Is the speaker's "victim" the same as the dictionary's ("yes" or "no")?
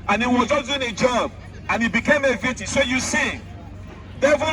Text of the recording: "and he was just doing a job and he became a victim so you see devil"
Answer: no